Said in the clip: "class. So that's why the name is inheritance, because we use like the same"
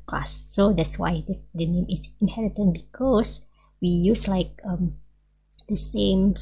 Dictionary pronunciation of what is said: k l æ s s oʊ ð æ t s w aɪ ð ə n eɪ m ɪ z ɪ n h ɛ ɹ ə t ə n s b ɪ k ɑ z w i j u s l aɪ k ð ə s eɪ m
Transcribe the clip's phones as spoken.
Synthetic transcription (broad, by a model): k l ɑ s s oʊ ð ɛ t s w aɪ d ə n eɪ m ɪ s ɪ n h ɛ ɹ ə t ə n b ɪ k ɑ s w i j u s l aɪ k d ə s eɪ m